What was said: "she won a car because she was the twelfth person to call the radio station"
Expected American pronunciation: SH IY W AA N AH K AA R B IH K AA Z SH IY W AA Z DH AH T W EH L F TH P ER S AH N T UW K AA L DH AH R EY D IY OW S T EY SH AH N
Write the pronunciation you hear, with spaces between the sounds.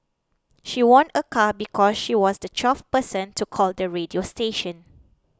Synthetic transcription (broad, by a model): SH IY W AA N AH K AA B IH K AA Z SH IY W AA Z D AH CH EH F P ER S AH N T UW K AA L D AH R EY D IY OW S T EY SH AH N